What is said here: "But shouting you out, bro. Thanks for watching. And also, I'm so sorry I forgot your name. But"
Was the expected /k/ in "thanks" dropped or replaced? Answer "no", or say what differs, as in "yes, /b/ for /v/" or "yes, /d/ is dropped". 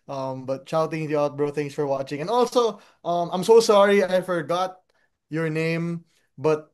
yes, /k/ is dropped